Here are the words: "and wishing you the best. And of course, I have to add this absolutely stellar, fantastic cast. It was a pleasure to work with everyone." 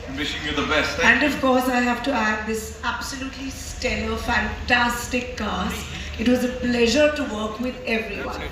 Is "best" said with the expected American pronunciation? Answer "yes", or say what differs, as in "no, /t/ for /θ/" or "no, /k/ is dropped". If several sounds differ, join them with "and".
no, /t/ is dropped